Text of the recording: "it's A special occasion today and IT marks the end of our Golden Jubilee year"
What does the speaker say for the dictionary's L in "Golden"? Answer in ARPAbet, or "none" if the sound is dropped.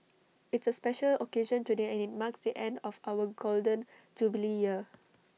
L